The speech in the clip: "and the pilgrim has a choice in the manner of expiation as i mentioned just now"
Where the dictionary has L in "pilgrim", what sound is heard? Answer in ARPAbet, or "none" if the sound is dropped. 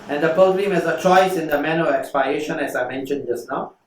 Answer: none